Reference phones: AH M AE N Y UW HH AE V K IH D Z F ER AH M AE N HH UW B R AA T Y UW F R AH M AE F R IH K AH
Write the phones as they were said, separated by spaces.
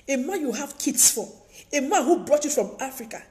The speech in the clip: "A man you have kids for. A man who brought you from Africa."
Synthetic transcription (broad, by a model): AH M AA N Y UW HH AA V K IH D S F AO AH M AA N HH UW B R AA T Y UW F R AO M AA F R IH K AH